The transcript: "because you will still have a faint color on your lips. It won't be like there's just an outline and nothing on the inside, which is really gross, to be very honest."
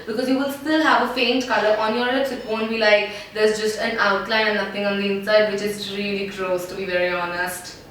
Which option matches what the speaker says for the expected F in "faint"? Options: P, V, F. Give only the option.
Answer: F